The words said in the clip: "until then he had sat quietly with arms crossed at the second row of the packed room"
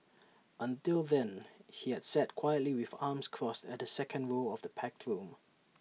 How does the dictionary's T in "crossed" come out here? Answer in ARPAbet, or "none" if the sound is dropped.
T